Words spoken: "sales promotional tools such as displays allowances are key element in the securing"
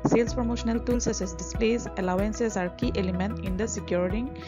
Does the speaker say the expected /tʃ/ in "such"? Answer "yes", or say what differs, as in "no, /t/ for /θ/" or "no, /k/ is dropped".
no, /s/ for /tʃ/